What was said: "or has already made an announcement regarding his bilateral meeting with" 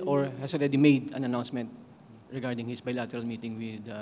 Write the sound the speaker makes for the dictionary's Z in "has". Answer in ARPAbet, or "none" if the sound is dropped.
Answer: S